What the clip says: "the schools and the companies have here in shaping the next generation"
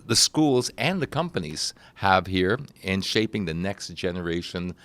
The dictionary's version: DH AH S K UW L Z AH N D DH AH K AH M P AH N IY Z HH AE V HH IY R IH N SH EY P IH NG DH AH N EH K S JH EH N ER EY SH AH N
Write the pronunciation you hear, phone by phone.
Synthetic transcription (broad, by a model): DH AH S K UW L Z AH N DH AH K AH M P AH N IY Z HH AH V HH IY R IH N SH EY P IH NG DH AH N EH K S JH EH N ER EY SH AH N